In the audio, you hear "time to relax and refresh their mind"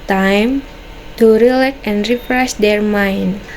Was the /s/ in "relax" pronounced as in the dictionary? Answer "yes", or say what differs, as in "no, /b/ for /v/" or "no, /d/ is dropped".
no, /s/ is dropped